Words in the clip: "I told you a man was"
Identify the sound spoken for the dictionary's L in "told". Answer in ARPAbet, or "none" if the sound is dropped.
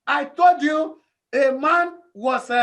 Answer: L